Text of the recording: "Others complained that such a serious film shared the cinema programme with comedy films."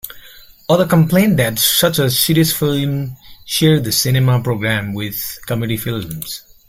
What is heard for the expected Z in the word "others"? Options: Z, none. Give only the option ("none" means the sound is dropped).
none